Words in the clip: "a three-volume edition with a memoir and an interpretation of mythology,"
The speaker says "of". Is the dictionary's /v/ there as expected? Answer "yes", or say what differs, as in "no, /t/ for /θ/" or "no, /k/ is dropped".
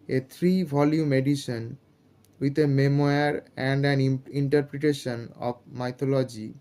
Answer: no, /b/ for /v/